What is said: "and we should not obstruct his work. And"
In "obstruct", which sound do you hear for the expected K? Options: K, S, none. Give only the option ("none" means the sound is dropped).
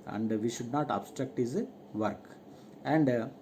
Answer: K